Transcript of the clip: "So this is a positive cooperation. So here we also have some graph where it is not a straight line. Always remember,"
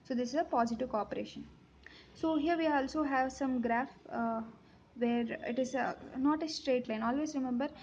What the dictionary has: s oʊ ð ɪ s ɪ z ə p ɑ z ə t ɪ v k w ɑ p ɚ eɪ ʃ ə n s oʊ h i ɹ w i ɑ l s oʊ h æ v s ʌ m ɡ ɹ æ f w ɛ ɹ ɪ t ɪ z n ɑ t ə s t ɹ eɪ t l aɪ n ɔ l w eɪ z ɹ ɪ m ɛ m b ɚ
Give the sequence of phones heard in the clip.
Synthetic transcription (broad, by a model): s oʊ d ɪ s ɪ z ə p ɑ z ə t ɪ v k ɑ p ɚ eɪ ʃ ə n s oʊ h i ɹ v i ɑ l s oʊ h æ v s ʌ m ɡ ɹ æ f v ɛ ɹ ɪ t ɪ z n ɑ t ə s t ɹ eɪ t l aɪ n ɔ l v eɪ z ɹ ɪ m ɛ m b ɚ